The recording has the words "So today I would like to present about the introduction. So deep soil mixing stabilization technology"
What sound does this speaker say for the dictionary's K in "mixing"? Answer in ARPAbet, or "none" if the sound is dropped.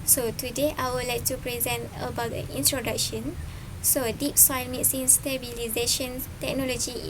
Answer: none